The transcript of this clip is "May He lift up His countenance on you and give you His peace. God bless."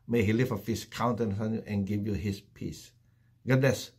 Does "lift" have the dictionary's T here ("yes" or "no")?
no